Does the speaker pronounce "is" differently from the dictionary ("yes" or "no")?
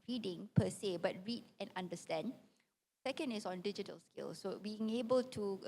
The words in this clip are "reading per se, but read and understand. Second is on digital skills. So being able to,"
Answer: yes